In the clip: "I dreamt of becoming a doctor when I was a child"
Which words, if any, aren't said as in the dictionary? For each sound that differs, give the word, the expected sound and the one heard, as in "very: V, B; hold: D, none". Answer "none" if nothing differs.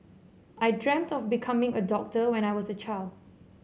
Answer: none